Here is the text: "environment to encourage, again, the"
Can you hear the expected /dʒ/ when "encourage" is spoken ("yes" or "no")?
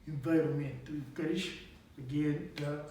no